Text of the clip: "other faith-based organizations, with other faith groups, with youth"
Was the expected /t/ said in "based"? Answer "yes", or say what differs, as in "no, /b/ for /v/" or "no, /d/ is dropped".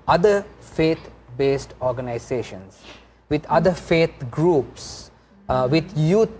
yes